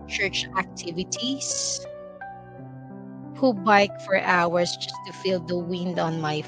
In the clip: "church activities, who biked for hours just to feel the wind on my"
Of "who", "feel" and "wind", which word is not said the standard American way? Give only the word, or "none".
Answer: none